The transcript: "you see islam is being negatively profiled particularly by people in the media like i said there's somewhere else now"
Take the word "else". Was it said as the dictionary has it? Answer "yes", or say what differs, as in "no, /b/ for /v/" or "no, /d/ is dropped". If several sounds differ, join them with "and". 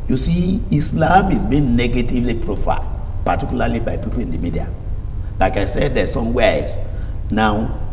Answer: no, /l/ is dropped